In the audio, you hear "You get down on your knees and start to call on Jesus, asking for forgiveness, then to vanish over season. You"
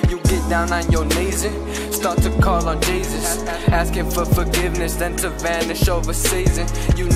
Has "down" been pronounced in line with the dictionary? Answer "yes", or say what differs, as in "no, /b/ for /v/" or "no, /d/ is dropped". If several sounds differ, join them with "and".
yes